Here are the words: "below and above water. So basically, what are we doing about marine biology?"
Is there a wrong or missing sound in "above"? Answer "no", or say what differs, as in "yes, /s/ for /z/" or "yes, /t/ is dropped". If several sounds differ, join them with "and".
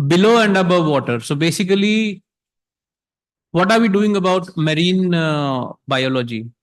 no